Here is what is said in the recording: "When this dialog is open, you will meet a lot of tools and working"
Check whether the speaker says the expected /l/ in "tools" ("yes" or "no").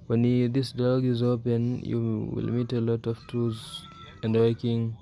no